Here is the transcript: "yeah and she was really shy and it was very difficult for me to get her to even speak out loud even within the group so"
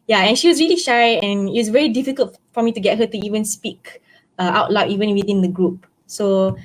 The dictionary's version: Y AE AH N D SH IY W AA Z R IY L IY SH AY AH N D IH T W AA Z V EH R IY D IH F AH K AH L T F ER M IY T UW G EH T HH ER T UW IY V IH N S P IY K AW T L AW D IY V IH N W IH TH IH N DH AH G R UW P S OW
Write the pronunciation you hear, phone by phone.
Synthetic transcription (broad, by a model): Y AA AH N SH IY W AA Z R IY L IY SH AY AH N IH T W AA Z V EH R IY D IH F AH K AH L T F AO M IY T UW G EH T HH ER T UW IY V IH N S P IY K AW T L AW IY V IH N W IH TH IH N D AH G R UW P S OW